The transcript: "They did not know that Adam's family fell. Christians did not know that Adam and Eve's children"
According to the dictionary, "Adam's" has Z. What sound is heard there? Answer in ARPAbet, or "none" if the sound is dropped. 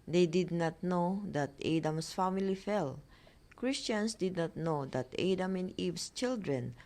S